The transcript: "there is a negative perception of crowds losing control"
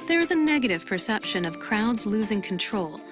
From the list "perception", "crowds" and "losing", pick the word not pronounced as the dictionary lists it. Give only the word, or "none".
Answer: none